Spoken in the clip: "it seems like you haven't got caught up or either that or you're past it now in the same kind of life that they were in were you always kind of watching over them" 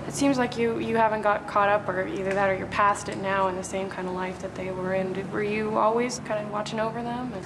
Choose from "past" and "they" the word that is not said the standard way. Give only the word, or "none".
none